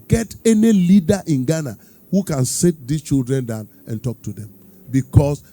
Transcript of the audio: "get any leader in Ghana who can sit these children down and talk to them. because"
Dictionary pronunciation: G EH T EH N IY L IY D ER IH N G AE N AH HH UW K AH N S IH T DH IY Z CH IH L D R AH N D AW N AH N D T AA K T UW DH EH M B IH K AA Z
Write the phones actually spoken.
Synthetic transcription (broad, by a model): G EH T EH N IY L IY D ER IH N G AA N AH HH UW K AH N S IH T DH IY S CH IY L D R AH N D AW N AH N T AA K T UW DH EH M B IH K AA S